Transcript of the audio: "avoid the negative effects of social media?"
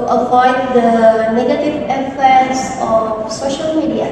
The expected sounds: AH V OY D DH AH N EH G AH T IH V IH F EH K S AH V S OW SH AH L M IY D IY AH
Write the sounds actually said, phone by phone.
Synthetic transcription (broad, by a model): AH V OY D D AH N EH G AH T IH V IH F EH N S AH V S OW SH AH L M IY D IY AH